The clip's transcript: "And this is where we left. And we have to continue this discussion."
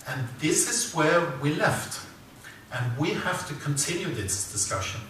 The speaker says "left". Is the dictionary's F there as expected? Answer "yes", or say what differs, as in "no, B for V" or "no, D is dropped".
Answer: yes